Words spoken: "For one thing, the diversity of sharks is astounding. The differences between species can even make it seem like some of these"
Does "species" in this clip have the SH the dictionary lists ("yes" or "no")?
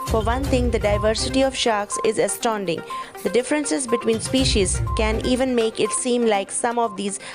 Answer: yes